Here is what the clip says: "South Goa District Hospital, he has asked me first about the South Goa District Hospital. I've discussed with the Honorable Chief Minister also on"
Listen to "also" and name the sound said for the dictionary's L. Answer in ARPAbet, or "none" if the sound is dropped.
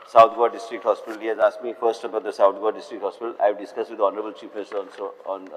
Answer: N